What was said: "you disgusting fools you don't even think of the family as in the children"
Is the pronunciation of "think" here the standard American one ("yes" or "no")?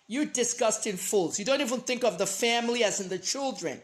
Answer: yes